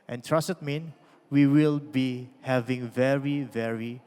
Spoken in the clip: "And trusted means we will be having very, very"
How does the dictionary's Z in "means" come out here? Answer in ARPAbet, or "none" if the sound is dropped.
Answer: none